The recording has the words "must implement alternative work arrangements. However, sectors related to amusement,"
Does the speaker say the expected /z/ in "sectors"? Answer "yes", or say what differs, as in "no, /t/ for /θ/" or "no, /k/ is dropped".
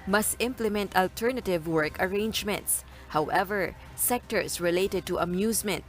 no, /s/ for /z/